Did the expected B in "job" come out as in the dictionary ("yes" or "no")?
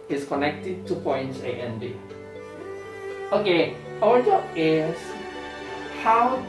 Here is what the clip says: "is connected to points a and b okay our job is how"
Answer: no